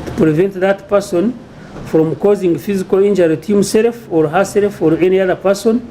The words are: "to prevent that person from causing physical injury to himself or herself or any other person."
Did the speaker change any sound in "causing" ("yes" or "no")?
no